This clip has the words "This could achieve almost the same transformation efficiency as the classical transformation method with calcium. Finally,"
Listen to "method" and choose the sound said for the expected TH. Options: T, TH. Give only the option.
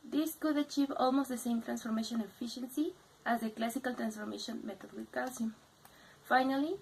T